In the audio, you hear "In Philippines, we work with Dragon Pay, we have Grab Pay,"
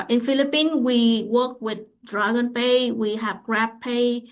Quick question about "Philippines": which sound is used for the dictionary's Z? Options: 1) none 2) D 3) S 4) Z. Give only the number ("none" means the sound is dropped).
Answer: 1